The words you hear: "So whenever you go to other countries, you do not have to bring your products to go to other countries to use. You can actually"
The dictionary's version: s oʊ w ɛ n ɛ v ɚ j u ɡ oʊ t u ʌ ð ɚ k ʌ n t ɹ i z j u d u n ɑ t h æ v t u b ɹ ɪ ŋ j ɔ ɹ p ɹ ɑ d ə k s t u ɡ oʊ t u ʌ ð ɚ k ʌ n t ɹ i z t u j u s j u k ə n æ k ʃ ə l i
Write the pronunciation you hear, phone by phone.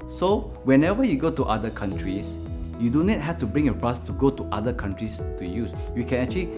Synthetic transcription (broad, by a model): s oʊ w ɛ n ɛ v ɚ j u ɡ oʊ t u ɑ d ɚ k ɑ n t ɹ i s j u d u n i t h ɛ f t u b ɹ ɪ ŋ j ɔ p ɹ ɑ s t u ɡ oʊ t u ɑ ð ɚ k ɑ n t ɹ i s t u j u s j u k ə n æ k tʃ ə l i